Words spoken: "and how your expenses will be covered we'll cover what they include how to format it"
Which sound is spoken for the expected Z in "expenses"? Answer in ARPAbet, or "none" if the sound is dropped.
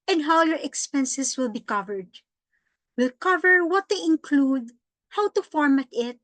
S